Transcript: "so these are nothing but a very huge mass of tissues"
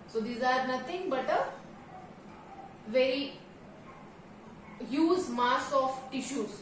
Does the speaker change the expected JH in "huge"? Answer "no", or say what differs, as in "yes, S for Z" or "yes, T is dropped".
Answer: yes, Z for JH